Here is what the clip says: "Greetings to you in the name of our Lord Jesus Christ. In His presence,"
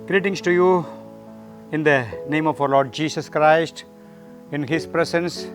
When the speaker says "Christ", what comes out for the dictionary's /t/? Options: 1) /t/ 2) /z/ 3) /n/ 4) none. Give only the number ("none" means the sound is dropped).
1